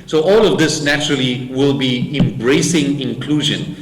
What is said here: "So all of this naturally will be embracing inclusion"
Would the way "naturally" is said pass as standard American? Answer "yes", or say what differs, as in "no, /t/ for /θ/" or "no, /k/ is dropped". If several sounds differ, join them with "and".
yes